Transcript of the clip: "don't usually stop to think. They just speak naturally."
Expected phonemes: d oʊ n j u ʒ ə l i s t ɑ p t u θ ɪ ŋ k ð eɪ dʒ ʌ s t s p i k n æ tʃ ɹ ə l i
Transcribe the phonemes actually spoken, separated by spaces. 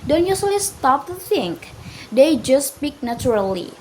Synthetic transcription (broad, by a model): d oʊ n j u s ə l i s t ɑ p t u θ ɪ ŋ k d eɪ dʒ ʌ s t s p i k n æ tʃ ɹ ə l i